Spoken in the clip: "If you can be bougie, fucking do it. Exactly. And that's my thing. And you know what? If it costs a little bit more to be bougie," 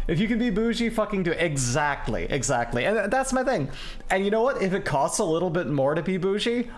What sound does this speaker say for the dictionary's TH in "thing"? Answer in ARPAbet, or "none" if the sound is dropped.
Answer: TH